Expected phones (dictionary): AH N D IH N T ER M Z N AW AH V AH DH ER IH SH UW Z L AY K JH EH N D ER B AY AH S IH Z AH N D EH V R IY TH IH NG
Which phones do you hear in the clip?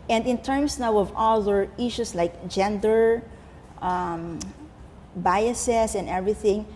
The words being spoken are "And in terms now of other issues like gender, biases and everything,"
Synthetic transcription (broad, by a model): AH N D IH N T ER M S N AW AH V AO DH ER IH SH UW S L AY K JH EH N D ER B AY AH S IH S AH N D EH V R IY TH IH NG